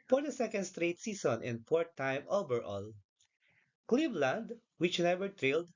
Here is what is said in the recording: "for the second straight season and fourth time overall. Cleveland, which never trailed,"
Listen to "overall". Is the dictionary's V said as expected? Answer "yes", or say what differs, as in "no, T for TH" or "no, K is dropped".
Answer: no, B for V